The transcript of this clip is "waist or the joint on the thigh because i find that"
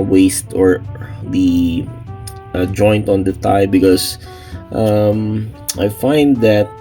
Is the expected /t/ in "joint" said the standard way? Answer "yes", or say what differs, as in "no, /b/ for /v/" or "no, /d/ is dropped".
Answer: yes